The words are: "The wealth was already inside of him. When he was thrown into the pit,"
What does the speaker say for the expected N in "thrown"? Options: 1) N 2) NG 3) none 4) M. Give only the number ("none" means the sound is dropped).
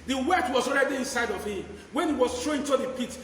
3